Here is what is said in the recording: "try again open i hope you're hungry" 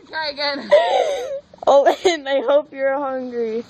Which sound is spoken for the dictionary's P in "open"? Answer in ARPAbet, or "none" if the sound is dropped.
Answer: none